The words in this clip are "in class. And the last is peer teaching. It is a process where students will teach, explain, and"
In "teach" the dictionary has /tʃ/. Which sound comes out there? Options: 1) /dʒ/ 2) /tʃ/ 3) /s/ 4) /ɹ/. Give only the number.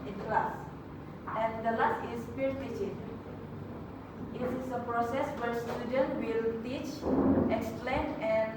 2